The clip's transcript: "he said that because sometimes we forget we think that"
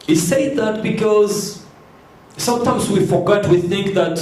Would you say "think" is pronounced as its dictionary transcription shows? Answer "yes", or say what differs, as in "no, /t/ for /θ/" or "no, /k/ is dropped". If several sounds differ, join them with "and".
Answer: yes